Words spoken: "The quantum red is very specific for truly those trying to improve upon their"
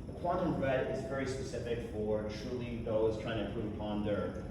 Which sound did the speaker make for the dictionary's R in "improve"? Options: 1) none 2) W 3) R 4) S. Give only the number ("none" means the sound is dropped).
1